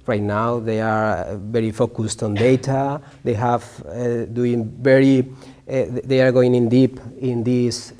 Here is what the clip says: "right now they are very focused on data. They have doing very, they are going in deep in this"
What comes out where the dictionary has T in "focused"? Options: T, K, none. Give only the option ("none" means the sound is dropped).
T